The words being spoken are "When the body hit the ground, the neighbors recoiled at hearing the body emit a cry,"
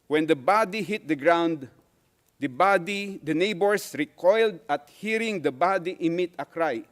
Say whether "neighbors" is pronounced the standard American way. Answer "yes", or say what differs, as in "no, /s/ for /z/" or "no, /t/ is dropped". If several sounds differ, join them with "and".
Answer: no, /s/ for /z/